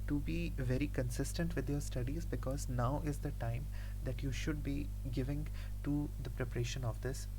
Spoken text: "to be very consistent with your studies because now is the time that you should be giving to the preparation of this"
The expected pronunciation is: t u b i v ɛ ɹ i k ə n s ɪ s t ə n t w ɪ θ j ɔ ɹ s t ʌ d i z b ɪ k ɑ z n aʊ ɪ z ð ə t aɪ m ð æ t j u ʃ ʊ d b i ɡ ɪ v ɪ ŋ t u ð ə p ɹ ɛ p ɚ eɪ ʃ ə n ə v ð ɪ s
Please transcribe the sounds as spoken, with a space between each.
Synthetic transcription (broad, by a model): t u b i v ɛ ɹ i k ə n s ɪ s t ə n t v ɪ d j ɔ ɹ s t ʌ d i z b ɪ k ɑ z n aʊ ɪ z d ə t aɪ m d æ t j u ʃ ʊ d b i ɡ ɪ v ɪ ŋ t u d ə p ɹ ɛ p ɚ eɪ ʃ ə n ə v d ɪ s